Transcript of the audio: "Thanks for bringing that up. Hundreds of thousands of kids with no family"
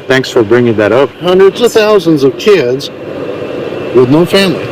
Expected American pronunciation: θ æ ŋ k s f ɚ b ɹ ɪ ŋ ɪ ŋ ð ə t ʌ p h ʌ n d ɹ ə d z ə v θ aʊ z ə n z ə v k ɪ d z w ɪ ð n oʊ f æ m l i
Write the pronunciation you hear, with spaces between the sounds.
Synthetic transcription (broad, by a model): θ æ ŋ k s f ɚ b ɹ ɪ ŋ ɪ ŋ ð ə t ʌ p h ʌ n d ɹ ə d z ə v θ aʊ z ə n z ə v k ɪ d z w ɪ ð n oʊ f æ m l i